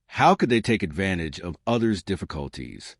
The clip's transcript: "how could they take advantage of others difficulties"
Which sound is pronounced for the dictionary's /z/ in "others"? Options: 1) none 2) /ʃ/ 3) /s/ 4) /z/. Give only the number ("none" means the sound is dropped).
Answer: 4